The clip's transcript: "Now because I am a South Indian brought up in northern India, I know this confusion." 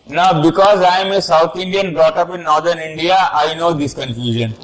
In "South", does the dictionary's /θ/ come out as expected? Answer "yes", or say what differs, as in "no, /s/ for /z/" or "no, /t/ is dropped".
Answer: no, /t/ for /θ/